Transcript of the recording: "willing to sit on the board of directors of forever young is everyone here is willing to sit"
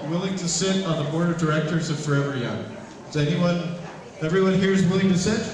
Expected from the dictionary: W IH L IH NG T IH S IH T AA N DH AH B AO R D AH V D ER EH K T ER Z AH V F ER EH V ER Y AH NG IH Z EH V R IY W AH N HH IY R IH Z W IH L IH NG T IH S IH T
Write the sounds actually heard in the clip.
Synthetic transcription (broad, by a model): W IH L IH NG T IH S IH T N DH AH B AO R D AH V D ER EH K T ER Z AH V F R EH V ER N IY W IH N EH V R IY W AH N HH IY R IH Z W IH L IH NG T IH S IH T